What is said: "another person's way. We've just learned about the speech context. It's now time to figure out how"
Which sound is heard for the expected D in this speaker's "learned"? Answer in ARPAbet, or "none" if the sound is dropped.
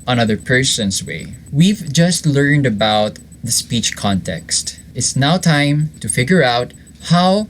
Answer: D